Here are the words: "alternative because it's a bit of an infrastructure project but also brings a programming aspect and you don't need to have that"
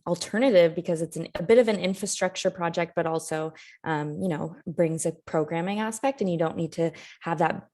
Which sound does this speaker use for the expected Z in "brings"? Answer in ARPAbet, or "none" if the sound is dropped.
Z